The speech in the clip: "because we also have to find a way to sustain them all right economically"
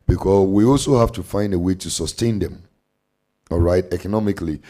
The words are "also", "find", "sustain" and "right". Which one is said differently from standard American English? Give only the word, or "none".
none